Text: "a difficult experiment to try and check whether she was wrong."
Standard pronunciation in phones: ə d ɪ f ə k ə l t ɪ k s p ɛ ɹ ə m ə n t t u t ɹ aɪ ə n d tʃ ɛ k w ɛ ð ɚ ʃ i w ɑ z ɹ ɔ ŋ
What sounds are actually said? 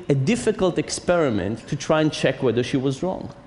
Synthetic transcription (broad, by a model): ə d ɪ f ə k ə l t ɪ k s p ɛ ɹ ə m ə n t t u t ɹ aɪ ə n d tʃ ɛ k w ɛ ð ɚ ʃ i w ɑ z ɹ ɔ ŋ